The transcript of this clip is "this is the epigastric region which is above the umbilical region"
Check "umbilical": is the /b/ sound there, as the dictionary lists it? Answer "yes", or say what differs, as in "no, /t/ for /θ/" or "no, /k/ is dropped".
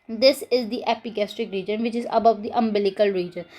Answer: yes